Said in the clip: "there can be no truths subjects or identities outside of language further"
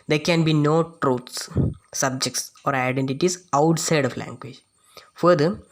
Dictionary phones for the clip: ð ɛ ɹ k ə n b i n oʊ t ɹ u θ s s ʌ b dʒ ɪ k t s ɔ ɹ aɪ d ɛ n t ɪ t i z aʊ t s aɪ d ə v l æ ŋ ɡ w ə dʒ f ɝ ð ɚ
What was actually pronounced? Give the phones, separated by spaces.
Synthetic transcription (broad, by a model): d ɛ ɹ k ə n b i n oʊ t ɹ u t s s ʌ b dʒ ɪ k t s ɔ ɹ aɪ d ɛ n t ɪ t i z aʊ t s aɪ d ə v l æ ŋ ɡ w ə dʒ f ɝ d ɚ